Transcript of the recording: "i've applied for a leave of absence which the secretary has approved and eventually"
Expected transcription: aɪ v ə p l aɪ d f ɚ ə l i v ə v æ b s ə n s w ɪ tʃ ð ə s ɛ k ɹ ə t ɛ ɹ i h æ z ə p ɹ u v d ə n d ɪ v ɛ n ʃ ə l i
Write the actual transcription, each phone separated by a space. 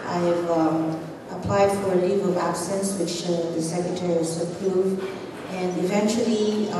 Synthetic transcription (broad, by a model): aɪ v ə p l aɪ d f ɚ ə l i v ə v æ b s ə n s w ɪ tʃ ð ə s ɛ k ɹ ə t ɛ ɹ i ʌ s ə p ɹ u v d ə n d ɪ v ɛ n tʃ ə l i